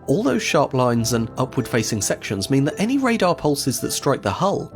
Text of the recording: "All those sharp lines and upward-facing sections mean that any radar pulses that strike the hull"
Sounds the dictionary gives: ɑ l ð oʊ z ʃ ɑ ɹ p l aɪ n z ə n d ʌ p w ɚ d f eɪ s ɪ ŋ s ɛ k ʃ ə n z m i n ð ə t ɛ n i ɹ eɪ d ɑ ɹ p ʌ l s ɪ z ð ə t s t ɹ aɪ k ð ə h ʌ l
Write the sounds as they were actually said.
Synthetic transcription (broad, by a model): ɑ l ð oʊ z ʃ ɑ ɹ p l aɪ n z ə n ʌ p w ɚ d f eɪ s ɪ ŋ s ɛ k ʃ ə n z m i n ð ə t ɛ n i ɹ eɪ d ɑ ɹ p ʌ l s ɪ z ð ə t s t ɹ aɪ k ð ə h ʌ l